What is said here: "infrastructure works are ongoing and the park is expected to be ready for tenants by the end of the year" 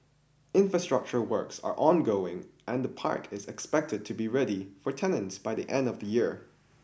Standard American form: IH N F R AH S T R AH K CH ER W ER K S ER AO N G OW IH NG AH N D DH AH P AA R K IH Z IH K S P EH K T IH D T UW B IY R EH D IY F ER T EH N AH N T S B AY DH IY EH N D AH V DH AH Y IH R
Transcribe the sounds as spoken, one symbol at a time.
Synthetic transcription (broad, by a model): IH N F R AH S T R AH K CH ER W ER K S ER AO N G OW IH NG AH N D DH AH P AA R K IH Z IH K S P EH K T IH D T UW B IY R EH D IY F ER T EH N AH N T S B AY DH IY EH N D AH V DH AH Y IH R